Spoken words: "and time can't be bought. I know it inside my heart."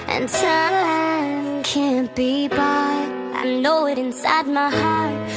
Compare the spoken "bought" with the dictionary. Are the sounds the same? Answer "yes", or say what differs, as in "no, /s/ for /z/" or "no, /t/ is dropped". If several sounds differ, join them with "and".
no, /t/ is dropped